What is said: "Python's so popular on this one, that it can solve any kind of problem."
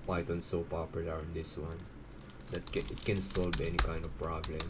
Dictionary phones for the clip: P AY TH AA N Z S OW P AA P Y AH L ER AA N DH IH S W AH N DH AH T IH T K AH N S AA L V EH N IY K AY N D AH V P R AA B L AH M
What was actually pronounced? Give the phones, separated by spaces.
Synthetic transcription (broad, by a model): P AY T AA N S OW P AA P Y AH L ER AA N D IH S W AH N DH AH T IH T K AH N S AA L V EH N IY K AY N D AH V P R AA B L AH M